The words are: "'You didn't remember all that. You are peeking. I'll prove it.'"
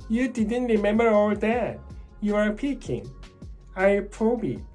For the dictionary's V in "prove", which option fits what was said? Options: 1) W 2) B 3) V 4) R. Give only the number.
2